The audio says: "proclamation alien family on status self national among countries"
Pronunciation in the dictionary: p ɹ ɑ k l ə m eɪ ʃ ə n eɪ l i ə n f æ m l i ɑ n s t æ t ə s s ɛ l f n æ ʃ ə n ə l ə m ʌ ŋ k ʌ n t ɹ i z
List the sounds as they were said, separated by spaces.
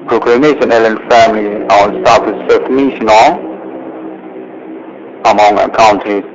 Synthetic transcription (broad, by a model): p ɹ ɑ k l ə m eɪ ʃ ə n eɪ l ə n f æ m l i ɑ n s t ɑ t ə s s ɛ f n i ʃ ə n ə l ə m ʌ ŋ k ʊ n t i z